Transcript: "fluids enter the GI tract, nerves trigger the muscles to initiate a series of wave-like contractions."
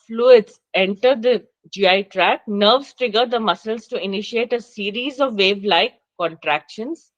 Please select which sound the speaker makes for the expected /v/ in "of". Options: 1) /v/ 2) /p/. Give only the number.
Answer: 1